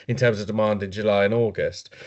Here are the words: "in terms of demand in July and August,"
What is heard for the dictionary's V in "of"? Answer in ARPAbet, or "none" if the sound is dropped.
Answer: V